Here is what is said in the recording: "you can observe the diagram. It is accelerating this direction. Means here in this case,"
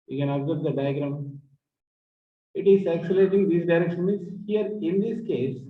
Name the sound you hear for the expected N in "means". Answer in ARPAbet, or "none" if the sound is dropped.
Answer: none